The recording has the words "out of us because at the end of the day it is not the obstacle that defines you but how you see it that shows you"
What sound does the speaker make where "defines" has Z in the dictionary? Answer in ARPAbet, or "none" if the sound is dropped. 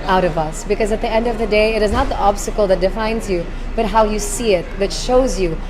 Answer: Z